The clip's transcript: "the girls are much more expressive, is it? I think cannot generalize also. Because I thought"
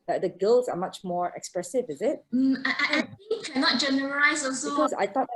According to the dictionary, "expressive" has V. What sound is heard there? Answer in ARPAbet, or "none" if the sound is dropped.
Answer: V